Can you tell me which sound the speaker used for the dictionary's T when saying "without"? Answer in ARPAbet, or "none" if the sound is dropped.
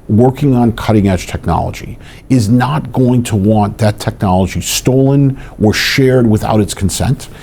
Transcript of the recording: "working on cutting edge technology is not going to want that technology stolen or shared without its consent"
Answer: T